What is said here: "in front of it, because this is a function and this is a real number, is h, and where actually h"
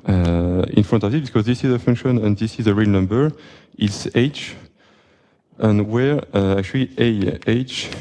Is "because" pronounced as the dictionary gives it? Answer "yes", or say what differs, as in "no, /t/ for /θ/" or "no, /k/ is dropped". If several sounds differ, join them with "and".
yes